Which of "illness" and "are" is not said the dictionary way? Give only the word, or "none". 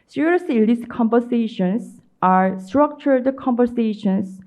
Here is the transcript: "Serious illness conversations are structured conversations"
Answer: illness